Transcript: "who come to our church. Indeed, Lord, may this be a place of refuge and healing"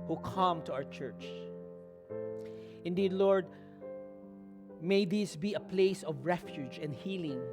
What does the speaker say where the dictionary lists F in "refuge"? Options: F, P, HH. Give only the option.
F